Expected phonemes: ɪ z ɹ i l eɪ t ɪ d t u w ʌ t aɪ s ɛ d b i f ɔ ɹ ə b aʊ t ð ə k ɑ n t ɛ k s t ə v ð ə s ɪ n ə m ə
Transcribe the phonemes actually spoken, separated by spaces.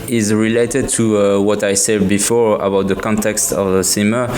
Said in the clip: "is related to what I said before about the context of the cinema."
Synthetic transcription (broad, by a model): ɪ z ɹ i l eɪ t ɪ d t u w ʌ t aɪ s ɛ d b i f ɔ ɹ ə b aʊ t ð ə k ɑ n t ɛ k s t ə v ð ə s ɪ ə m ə